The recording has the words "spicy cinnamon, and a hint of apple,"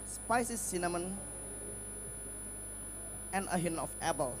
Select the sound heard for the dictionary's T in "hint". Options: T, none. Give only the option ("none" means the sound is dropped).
none